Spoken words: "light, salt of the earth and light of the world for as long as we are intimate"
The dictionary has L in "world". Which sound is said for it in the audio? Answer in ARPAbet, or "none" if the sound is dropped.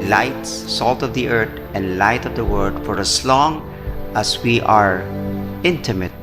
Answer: none